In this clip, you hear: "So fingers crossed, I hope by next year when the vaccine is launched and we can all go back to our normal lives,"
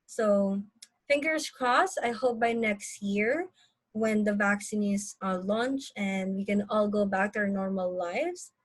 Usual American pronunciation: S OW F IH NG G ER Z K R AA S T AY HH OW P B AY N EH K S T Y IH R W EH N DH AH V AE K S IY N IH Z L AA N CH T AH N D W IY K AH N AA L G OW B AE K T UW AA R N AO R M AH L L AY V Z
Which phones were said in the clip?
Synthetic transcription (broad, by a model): S OW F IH NG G ER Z K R AA S AY HH OW P B AY N EH K S T Y IH R W EH N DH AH V AE K S IY N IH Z L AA N CH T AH N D W IY K AH N AA L G OW B AE K T UW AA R N AO R M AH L L AY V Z